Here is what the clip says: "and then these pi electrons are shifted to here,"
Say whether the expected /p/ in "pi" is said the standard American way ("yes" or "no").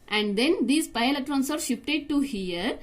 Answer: yes